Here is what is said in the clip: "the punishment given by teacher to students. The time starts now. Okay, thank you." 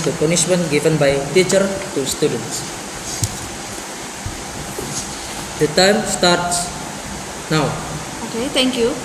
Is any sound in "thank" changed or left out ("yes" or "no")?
yes